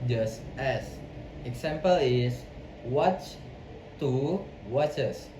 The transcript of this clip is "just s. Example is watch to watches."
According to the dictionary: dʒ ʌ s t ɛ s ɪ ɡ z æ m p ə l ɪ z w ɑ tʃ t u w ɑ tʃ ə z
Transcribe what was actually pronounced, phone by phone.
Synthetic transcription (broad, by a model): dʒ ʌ s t ɛ s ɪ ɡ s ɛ m p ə l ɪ s w ɑ tʃ t u w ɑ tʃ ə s